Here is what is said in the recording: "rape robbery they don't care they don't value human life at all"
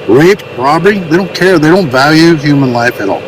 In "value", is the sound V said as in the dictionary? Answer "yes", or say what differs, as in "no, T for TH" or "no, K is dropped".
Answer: yes